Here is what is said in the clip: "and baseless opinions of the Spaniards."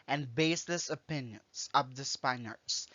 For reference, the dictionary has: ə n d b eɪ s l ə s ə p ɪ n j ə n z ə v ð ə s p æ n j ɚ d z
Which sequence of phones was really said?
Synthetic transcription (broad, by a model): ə n b eɪ s l ə s ə p ɪ n j ə n z ə v ð ə s p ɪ n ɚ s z